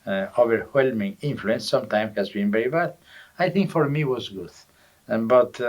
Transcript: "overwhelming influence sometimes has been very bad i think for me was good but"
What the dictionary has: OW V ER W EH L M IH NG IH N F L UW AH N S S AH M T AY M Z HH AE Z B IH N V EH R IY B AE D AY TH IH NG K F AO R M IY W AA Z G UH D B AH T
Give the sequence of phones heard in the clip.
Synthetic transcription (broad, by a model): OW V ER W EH L M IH NG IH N F L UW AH N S S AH M T AY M HH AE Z B IH N V EH R IY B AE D AY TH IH NG K F AO R M IY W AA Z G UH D B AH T